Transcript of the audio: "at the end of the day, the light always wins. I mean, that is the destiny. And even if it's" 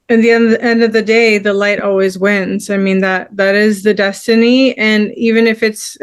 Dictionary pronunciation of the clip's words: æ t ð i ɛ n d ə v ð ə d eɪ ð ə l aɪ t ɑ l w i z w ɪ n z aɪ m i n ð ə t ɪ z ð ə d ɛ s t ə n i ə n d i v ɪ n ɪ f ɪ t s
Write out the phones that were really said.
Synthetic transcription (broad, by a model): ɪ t ð i ɛ n d ə v ð ə d eɪ ð ə l aɪ t ɑ l w i z w ɪ n z aɪ m i n ð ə t ɪ z ð ə d ɛ s t ə n i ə n i v ɪ n ɪ f ɪ t s